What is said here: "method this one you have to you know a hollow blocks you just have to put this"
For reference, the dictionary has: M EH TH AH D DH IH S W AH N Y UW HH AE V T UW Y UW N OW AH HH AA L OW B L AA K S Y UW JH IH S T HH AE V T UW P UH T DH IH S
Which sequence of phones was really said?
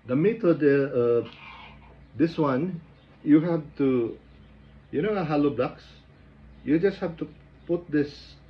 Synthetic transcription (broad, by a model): M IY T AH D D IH S W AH N Y UW HH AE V T UW Y UW N OW AH HH AA L OW B L AA K S Y UW JH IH S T HH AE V T UW P UH T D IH S